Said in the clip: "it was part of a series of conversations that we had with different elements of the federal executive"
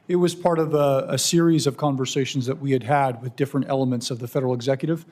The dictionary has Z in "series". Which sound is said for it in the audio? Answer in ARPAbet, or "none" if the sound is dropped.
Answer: Z